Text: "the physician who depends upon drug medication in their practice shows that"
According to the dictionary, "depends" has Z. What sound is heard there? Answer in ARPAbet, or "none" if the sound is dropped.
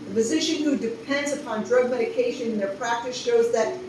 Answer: Z